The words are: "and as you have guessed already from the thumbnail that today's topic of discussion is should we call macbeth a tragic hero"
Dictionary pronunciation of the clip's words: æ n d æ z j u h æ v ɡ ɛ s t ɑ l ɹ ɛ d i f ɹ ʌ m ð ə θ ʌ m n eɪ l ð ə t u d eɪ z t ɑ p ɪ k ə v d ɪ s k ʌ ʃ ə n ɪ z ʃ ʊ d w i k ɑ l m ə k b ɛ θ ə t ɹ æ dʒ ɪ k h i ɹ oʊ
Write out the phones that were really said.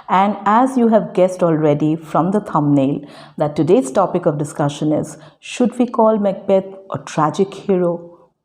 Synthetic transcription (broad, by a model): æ n d æ z j u h æ v ɡ ɛ s t ɑ l ɹ ɛ d i f ɹ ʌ m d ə t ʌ m n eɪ l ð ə t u d eɪ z t ɑ p ɪ k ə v d ɪ s k ʌ ʃ ə n ɪ z ʃ ʊ d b i k ɑ l m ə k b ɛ t ə t ɹ æ dʒ ɪ k h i ɹ oʊ